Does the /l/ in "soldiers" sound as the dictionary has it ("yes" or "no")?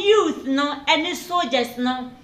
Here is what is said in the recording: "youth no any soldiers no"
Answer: no